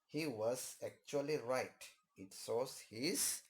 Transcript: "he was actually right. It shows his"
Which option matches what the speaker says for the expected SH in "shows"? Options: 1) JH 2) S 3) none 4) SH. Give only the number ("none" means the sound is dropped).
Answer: 2